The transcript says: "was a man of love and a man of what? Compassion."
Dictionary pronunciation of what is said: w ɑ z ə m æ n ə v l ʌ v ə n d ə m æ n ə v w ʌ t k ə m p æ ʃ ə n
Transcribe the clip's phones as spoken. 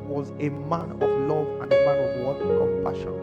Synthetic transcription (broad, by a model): w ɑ z ə m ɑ n ə v l ʌ v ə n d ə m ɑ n ə v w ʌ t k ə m p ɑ ʃ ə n